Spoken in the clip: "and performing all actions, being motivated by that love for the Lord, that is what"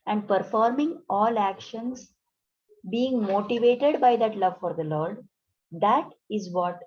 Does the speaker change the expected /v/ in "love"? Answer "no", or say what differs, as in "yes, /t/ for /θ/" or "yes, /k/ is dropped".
no